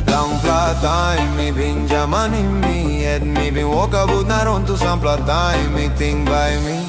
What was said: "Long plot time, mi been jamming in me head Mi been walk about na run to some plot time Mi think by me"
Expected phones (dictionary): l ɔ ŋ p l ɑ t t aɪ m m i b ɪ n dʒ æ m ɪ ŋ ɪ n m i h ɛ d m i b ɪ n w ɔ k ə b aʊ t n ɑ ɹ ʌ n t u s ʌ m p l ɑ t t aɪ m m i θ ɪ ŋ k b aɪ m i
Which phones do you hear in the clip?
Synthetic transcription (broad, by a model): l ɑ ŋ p l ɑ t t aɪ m m i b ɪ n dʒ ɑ m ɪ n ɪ m i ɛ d m i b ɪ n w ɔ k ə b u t n ɑ ɹ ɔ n t u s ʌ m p l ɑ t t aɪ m m i t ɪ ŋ b aɪ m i